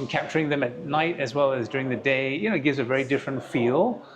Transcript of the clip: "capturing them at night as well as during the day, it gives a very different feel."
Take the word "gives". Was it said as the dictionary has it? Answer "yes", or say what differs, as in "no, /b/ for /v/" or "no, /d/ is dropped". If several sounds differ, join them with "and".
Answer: yes